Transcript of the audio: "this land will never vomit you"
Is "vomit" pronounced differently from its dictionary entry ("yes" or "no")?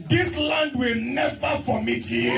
yes